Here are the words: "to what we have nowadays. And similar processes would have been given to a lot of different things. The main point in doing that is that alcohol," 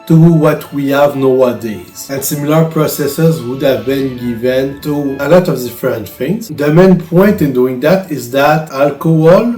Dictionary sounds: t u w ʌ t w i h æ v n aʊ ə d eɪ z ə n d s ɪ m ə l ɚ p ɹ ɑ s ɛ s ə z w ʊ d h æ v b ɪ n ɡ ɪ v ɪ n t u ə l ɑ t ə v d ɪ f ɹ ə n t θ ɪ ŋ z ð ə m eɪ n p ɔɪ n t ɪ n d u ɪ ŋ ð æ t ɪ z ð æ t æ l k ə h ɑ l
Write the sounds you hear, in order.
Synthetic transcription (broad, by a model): t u w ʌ t w i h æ v n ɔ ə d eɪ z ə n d s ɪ m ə l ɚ p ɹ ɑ s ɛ s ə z w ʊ d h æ v b ɪ n ɡ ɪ v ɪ n t u ə l ɑ t ə v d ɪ f ɹ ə n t f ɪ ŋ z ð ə m eɪ n p ɔɪ n t ɪ n d u ɪ ŋ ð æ t ɪ z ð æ t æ l k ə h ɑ l